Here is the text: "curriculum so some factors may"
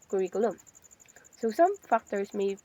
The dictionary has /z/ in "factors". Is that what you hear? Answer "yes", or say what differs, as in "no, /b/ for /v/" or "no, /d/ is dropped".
no, /s/ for /z/